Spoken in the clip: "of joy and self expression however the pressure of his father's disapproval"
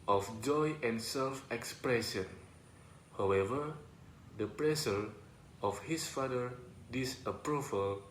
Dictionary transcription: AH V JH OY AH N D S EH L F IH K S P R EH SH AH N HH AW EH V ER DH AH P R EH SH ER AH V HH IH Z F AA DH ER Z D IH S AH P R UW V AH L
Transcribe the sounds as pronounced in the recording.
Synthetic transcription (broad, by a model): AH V JH OY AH N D S EH L F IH K S P R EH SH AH N HH AW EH V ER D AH P R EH S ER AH F HH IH S F AA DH ER D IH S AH P R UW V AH L